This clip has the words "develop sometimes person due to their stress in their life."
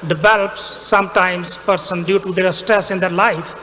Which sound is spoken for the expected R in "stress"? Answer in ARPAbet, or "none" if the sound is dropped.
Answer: R